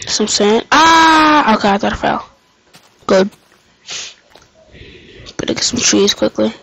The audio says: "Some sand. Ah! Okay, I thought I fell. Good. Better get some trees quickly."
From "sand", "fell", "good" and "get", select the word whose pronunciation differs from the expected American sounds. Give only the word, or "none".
sand